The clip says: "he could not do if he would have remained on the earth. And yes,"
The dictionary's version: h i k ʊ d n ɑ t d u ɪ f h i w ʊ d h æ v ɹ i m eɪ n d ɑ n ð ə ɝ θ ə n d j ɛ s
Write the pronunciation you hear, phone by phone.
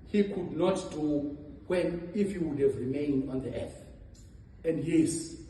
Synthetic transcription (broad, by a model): h i k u d n ɑ t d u ɪ f h i w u d h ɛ v ɹ i m eɪ n d ɑ n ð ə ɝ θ ə n d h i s